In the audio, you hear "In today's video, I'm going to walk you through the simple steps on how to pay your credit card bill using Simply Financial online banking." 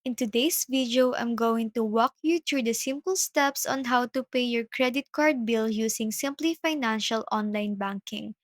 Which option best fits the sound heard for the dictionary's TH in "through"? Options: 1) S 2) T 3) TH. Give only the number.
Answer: 2